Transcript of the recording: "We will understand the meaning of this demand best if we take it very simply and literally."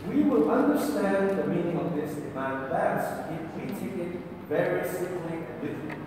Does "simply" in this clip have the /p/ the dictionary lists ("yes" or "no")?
no